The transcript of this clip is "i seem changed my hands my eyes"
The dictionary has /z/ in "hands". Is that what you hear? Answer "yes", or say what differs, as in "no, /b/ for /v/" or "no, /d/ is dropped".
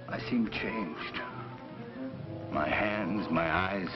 yes